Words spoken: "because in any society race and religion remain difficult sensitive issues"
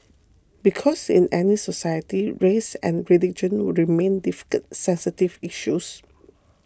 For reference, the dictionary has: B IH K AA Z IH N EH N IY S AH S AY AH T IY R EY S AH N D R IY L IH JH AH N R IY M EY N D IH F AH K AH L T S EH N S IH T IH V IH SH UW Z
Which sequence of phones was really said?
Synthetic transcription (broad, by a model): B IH K AA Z IH N EH N IY S AH S AY AH T IY R EY S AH N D R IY L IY JH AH N R IY M EY N D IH F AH K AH T S EH N S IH T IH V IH SH UW S